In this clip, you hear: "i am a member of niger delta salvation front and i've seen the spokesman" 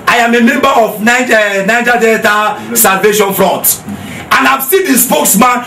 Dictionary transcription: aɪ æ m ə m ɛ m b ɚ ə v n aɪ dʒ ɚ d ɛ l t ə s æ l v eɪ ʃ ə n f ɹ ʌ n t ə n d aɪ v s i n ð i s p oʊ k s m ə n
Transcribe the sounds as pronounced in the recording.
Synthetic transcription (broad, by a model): aɪ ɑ m ə m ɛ m b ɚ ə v n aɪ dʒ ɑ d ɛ t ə s æ l v eɪ ʃ ə n f ɹ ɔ n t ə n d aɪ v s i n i s p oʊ k s m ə n